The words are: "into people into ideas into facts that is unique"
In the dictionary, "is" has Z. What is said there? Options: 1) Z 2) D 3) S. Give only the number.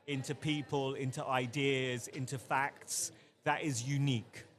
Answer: 1